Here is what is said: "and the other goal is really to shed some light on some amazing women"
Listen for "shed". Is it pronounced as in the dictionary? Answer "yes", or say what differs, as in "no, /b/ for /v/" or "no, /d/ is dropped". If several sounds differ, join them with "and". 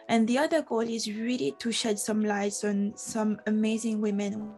yes